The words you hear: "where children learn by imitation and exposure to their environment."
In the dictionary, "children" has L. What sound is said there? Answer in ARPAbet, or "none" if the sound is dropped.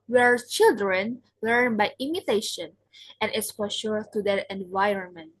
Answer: L